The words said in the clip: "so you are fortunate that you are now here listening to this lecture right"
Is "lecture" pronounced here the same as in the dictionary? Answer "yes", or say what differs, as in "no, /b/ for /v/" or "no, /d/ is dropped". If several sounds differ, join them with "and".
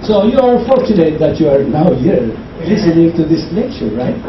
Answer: no, /k/ is dropped